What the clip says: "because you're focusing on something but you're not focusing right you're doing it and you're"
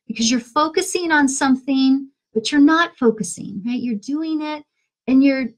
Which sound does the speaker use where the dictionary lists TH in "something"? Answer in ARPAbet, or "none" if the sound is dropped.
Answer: TH